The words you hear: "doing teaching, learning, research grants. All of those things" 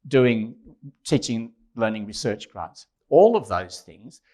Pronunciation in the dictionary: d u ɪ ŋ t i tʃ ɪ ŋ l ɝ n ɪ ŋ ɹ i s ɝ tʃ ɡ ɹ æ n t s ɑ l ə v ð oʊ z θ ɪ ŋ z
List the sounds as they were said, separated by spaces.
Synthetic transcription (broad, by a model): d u ɪ ŋ t i tʃ ɪ ŋ l ɝ n ɪ ŋ ɹ i s ɝ tʃ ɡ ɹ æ t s ɑ l ə v ð oʊ z θ ɪ ŋ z